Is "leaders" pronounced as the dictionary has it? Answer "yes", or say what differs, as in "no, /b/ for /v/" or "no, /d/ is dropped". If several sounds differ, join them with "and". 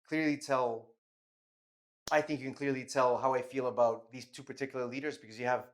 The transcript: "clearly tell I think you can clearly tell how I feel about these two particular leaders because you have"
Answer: yes